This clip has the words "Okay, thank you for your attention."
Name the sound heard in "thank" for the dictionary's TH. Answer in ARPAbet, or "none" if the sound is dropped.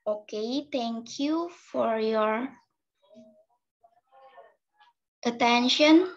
T